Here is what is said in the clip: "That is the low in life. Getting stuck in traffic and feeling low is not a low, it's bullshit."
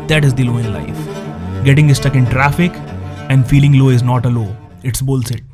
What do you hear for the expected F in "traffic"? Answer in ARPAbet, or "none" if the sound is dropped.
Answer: F